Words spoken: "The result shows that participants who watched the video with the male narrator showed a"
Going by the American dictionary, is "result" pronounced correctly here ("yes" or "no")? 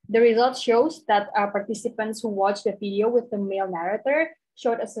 yes